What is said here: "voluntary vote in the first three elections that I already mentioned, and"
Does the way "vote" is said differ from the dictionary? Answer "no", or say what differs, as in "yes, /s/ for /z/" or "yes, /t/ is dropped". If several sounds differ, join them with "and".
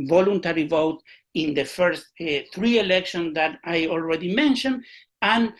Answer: no